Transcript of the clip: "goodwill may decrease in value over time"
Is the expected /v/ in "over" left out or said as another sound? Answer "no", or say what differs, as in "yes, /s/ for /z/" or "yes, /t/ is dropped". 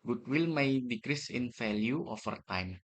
yes, /f/ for /v/